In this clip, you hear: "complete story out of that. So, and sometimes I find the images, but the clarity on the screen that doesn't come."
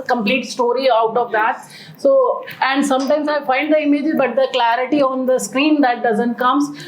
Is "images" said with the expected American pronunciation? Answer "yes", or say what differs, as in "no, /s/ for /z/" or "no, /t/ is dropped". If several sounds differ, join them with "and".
no, /z/ is dropped